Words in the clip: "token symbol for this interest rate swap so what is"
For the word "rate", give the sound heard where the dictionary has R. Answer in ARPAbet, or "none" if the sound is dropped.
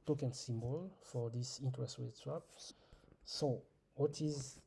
W